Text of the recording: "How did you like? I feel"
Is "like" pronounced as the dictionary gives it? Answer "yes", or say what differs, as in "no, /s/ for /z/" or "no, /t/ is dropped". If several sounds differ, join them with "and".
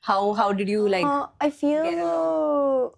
no, /k/ is dropped